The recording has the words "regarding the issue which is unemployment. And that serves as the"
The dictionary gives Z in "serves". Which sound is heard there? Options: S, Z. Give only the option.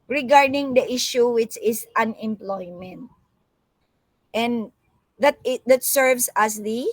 S